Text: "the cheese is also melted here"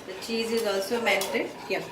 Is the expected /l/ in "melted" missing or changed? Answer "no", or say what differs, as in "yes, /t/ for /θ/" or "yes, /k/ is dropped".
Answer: yes, /n/ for /l/